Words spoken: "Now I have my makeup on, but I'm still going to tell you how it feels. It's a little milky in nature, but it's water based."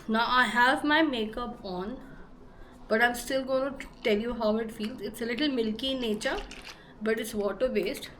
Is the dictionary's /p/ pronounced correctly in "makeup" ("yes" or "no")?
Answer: yes